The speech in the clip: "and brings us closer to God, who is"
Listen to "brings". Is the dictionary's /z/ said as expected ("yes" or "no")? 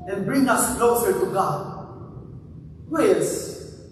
no